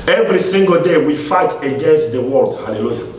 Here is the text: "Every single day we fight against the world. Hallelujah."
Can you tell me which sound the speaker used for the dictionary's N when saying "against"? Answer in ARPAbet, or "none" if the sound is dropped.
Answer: N